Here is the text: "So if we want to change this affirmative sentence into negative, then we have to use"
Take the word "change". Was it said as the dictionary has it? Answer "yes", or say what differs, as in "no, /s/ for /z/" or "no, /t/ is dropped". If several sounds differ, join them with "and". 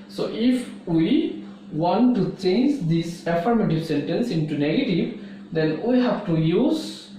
yes